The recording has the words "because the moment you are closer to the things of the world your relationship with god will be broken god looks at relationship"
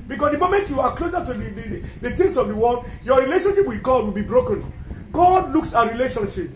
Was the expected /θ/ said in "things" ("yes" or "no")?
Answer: no